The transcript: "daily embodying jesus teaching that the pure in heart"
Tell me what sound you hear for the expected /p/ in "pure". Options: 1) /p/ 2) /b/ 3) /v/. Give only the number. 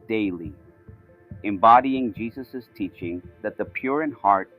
1